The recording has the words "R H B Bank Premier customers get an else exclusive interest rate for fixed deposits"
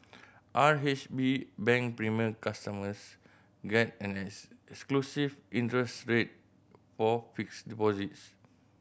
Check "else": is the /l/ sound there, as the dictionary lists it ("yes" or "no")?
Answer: no